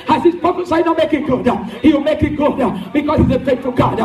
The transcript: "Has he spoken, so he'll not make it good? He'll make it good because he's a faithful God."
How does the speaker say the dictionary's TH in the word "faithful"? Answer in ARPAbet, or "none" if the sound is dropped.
T